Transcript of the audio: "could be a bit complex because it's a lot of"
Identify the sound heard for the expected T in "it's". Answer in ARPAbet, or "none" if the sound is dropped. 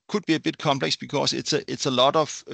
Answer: S